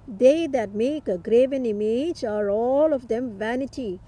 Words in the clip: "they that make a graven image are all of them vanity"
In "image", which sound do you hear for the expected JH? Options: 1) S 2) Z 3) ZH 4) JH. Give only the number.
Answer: 4